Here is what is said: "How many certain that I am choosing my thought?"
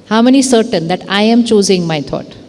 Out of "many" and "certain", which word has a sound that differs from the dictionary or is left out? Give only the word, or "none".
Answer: none